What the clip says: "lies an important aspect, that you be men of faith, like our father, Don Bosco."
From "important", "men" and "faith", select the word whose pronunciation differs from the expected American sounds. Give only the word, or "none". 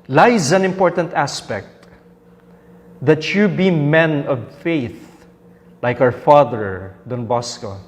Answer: none